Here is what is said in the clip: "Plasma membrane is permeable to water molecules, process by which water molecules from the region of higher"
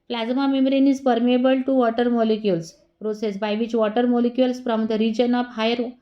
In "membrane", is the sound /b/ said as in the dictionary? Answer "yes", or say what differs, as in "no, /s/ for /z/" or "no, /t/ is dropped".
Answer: no, /b/ is dropped